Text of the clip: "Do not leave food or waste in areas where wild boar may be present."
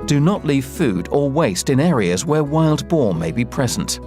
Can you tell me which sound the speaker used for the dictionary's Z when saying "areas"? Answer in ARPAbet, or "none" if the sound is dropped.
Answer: Z